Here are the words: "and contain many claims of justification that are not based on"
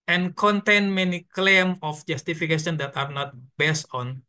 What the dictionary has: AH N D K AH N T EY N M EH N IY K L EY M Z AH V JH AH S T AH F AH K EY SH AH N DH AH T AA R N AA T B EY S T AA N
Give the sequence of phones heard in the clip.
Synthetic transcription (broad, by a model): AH N K AH N T EY N M EH N IY K L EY M AH F JH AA S T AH F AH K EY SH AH N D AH T AA R N AA T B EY S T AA N